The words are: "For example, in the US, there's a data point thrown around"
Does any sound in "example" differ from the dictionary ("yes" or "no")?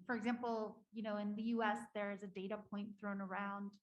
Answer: yes